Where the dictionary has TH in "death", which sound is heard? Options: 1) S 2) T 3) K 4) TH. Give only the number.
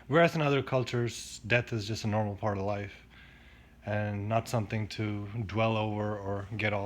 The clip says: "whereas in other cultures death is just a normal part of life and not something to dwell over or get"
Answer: 4